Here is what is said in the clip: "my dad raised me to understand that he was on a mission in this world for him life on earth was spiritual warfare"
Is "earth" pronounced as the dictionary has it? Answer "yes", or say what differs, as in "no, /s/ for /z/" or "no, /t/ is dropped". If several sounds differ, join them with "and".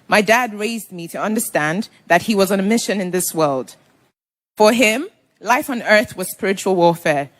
yes